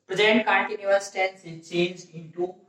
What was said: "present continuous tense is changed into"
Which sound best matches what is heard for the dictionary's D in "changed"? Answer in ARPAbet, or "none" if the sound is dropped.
none